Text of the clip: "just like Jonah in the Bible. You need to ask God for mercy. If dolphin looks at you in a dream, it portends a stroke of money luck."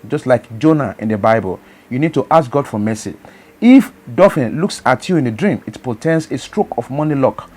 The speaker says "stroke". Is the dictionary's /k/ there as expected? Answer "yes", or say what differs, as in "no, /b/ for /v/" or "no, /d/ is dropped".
yes